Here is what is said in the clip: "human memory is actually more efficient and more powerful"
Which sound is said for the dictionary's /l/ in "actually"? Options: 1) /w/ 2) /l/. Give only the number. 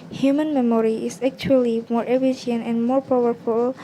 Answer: 2